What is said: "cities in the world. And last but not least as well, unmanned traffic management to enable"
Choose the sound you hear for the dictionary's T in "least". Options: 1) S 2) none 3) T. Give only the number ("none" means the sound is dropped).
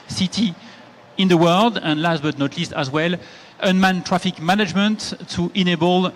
3